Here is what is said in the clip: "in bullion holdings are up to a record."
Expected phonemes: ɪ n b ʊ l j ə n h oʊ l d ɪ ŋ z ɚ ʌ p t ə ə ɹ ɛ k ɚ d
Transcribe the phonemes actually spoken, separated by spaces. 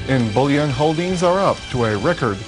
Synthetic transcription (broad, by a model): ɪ n b ʊ l j ə n h oʊ l d ɪ ŋ z ɚ ʌ p t ə ə ɹ ɛ k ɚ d